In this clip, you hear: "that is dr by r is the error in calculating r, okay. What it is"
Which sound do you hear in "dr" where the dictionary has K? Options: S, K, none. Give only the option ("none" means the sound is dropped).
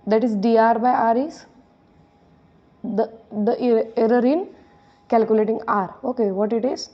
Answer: none